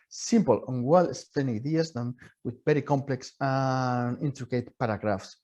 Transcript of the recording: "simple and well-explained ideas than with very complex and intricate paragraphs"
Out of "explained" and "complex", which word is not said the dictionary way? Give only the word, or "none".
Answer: explained